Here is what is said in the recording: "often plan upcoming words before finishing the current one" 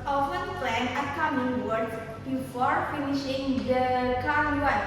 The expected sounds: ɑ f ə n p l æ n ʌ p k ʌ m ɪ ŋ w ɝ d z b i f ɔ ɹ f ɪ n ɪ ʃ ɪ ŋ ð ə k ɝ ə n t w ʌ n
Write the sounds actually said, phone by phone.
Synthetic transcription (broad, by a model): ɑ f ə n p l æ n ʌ k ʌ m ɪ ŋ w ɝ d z b i f ɔ ɹ f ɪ n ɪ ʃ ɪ ŋ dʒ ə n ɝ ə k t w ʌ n